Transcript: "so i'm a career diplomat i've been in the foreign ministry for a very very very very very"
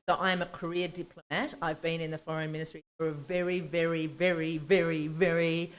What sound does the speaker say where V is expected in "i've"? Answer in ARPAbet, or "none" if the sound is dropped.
V